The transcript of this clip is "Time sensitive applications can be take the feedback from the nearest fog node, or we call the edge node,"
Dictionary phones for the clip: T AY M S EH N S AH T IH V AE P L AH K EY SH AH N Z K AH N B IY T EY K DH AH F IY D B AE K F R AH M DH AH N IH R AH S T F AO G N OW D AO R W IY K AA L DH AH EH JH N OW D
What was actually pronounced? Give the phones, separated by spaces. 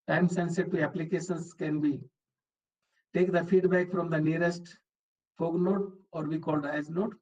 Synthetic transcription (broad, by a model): T AY M S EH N S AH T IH AE P L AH K EY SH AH N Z K AH N B IY T EY K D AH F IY D B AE K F R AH M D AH N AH R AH S T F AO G N OW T AO R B IY K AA L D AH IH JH N OW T